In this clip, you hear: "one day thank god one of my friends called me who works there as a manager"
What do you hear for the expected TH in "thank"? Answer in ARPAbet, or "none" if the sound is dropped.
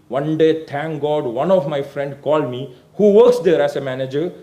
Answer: T